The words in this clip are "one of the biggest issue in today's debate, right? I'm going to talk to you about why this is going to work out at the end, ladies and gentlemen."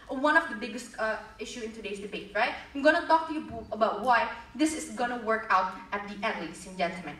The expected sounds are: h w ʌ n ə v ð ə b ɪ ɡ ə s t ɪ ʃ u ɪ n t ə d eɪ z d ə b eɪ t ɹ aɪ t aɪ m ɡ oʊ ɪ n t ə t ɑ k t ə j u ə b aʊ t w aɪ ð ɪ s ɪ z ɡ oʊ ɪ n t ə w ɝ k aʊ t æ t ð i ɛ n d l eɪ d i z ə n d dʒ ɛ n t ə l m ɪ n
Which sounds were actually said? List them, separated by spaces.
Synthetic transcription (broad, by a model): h w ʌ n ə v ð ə b ɪ ɡ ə s t ɪ ʃ u ɪ n t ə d eɪ s d ə b eɪ t ɹ aɪ t aɪ m ɡ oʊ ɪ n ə t ɑ k t ə j u ə b aʊ t w aɪ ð ɪ s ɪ s ɡ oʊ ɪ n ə w ɝ k aʊ t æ t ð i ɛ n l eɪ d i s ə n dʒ ɛ n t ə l m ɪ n